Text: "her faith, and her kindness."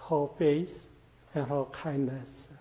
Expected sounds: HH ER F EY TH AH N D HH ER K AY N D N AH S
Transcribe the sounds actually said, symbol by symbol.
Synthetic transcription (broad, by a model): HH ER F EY S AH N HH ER K AY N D N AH S